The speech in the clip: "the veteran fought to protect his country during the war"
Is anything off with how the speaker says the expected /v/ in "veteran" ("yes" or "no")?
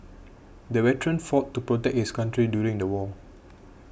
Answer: yes